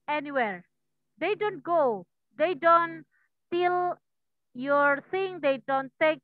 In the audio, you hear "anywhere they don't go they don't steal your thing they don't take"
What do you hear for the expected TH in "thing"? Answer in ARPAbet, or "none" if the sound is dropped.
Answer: S